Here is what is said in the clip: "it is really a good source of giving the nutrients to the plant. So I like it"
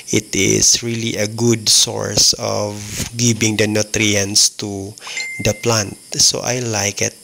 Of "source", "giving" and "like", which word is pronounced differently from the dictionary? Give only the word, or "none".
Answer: giving